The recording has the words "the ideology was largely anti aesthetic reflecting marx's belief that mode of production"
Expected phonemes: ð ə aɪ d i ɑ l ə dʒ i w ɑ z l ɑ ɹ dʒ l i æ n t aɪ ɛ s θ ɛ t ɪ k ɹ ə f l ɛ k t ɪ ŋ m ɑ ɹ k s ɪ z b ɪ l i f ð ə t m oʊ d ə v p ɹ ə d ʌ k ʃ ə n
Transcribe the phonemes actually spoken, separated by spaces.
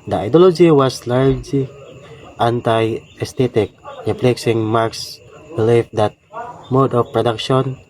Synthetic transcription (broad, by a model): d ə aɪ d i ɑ l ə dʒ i w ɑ s l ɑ ɹ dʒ l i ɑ n t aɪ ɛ s t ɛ t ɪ k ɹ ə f l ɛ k s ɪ ŋ m ɑ ɹ k s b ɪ l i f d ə t m oʊ d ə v p ɹ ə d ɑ k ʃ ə n